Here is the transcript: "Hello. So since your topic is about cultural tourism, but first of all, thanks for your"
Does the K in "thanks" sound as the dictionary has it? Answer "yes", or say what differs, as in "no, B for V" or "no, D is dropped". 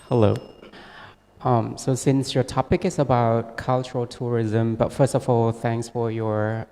yes